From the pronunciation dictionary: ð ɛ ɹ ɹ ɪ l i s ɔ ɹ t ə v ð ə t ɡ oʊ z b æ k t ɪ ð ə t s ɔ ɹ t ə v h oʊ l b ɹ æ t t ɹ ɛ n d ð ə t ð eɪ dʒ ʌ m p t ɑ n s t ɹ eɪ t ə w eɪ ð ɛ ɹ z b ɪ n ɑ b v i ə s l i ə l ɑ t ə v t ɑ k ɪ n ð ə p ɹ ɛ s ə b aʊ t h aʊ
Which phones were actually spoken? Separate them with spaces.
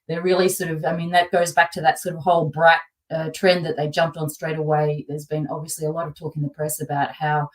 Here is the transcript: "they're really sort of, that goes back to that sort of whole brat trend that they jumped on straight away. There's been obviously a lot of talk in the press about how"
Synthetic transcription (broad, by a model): ð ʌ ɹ ɹ ɪ l i s ɔ ɹ t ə v ð ə t ɡ oʊ z b æ k t ɪ ð ə t s ɔ ɹ t ə v h oʊ l b ɹ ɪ t t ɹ ɛ n ð ə t ð eɪ dʒ ʌ m p t n s t ɹ eɪ t ə w eɪ ð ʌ ɹ z b ɪ n ɑ b v i ə s l i ə l ɑ t ə v t ɑ k ɪ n ð ə p ɹ ɛ s ə b aʊ t h aʊ